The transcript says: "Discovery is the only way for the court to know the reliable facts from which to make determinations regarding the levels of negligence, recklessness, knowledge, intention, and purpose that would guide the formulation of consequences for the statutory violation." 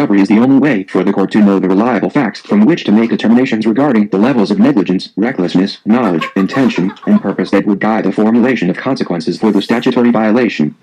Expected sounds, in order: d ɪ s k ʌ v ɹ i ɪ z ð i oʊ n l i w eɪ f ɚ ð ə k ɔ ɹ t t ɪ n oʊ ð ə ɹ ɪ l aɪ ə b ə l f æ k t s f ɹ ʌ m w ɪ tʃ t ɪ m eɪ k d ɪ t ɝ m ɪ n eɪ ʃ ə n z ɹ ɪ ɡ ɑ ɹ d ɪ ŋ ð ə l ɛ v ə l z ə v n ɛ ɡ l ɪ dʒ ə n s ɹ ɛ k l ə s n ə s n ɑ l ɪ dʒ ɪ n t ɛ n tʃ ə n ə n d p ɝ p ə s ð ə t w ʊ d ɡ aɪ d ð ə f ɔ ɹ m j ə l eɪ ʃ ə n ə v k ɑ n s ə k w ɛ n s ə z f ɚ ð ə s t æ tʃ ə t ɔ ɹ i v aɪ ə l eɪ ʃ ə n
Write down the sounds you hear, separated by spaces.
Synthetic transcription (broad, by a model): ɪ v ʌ ɹ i ɪ z ð i oʊ n l i w eɪ f ɚ ð ə k ɔ ɹ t t ɪ n oʊ ð ə ɹ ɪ l aɪ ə b l f æ k t s f ɹ ʌ m w ɪ tʃ t ɪ m eɪ k d ɪ t ɝ m ɪ n eɪ ʃ ə n z ɹ ɪ ɡ ɑ ɹ d ɪ ŋ ð ə l ɛ v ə l z ə v n ɛ ɡ l ɪ dʒ ə n s ɹ ɛ k l ə s n ə s n ɑ l ɪ dʒ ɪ n t ɛ n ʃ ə n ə n p ɝ p ə s ð ə t w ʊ d ɡ aɪ d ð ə f ɔ ɹ m j ə l eɪ ʃ ə n ə v k ɑ n s ə k w ɛ n s ə z f ɚ ð ə s t æ tʃ ə t ɔ ɹ i v aɪ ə l eɪ ʃ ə n